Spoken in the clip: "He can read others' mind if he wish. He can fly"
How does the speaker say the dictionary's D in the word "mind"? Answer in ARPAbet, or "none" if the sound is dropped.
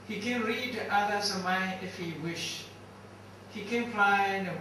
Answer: none